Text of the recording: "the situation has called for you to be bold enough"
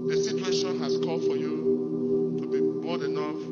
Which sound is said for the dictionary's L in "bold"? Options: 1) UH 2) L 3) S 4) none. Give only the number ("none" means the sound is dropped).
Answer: 4